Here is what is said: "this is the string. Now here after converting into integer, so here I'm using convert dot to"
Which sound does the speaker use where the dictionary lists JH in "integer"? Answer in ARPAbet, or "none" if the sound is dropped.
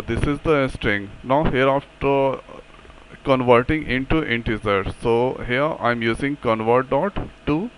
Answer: Z